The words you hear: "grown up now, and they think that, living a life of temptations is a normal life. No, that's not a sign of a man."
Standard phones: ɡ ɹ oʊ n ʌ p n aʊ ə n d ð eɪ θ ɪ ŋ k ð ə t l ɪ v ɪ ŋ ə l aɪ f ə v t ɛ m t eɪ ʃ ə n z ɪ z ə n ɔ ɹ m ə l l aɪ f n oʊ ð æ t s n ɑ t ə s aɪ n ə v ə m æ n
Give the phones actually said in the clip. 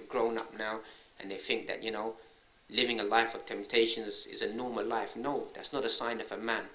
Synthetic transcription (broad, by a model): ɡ ɹ oʊ n ʌ p n aʊ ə n ð eɪ θ ɪ ŋ k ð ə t l ɪ v ɪ ŋ ə l aɪ f ə v t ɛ m t eɪ ʃ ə n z ɪ z ə n ɔ ɹ m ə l l aɪ f n oʊ ð æ t s n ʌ t ə s aɪ n ə v ə m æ n